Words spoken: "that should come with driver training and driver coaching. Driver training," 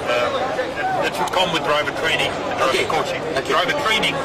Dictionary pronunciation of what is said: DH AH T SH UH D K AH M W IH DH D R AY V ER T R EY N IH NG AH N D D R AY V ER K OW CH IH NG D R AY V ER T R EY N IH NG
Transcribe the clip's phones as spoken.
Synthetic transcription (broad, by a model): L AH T S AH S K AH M W IH DH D R AY V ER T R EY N IH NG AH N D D R AY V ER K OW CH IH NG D R AY V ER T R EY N IH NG